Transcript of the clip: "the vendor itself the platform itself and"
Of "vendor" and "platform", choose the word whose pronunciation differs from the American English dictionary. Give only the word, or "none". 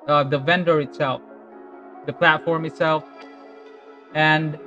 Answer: none